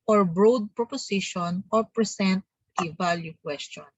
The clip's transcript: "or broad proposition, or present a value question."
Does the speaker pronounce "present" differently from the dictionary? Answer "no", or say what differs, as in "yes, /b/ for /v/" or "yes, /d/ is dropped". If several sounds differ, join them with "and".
yes, /s/ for /z/